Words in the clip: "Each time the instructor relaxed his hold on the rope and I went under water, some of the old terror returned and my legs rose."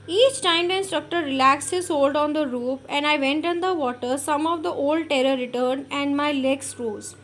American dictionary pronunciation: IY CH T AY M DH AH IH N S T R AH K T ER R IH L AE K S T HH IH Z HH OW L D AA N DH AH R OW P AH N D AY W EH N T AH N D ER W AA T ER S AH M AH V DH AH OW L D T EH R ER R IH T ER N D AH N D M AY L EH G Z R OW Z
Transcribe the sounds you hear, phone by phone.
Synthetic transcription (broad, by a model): IY CH T AY M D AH IH N S T R AH K T ER R IH L AE K S T HH IH Z HH OW L D AA N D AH R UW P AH N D AY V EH N T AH N D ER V AA T ER S AH M AH V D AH OW L D T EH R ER R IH T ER N AH N D M AY L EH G S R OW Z